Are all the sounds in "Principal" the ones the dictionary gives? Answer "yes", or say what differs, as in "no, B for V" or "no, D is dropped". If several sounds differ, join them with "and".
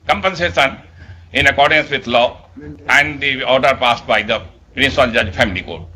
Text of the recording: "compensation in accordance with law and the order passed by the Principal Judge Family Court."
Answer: no, N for L